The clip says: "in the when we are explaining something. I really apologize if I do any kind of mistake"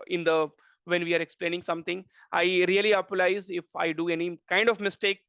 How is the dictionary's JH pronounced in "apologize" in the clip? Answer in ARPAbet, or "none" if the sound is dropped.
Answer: none